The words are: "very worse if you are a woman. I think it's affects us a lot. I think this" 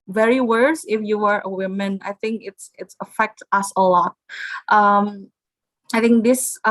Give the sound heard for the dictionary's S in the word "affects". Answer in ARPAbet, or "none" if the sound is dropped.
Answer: none